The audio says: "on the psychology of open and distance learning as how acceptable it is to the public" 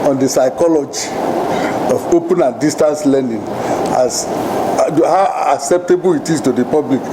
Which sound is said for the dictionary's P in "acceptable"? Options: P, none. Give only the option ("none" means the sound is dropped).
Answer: P